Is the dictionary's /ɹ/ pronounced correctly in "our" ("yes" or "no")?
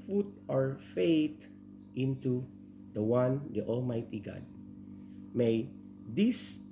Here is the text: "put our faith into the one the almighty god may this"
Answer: yes